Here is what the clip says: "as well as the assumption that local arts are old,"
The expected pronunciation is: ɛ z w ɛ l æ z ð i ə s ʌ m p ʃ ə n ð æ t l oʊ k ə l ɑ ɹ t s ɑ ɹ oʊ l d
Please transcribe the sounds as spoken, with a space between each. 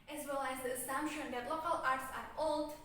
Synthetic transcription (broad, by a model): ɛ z w ɛ l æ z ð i ə s ʌ m p ʃ ə n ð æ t l oʊ k ə l ɑ ɹ t s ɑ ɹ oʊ l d